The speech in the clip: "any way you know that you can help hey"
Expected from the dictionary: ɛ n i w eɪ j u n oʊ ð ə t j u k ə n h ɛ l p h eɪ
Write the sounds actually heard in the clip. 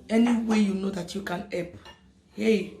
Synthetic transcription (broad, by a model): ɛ n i w eɪ j u n oʊ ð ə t j u k ə n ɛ p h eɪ